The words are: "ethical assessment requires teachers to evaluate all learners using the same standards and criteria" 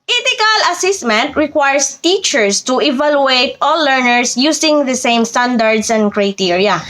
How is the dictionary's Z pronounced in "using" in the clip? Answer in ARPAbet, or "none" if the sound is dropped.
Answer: S